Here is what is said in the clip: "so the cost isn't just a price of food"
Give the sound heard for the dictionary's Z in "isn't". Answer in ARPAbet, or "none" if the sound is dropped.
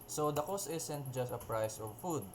S